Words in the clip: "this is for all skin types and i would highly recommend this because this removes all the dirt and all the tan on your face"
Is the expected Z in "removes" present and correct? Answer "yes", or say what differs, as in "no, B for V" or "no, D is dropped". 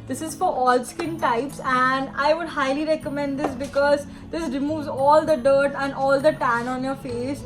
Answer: yes